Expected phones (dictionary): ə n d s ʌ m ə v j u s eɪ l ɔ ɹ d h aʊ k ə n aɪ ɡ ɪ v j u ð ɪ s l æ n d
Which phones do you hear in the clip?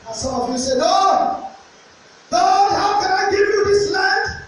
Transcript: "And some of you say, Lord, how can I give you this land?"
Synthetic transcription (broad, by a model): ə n s ʌ m ə v j u s eɪ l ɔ l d h aʊ k ə n aɪ ɡ ɪ v j u ð ɪ s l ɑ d